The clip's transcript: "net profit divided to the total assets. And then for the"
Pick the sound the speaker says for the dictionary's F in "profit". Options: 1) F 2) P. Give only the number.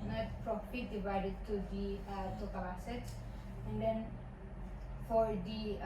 2